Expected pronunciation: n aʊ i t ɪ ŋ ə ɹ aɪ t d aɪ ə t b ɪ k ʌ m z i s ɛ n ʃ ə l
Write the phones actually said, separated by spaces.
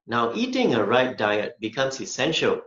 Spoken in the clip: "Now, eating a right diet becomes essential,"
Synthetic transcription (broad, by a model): n aʊ i t ɪ ŋ ə ɹ aɪ t d aɪ ə t b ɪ k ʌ m s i s ɛ n ʃ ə l